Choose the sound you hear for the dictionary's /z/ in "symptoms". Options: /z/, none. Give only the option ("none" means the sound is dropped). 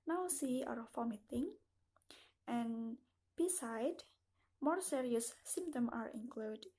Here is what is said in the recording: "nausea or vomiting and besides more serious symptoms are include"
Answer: none